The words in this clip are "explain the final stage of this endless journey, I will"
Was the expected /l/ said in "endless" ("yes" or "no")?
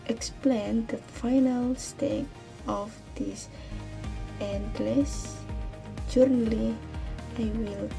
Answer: yes